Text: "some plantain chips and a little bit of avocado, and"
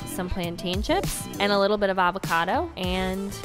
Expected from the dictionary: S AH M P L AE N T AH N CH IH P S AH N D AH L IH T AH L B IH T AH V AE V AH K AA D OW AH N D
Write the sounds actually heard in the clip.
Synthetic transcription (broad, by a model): S AH M P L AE N T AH N SH IH P AH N AH L IH T L B IH T AH V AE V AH K AA D OW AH N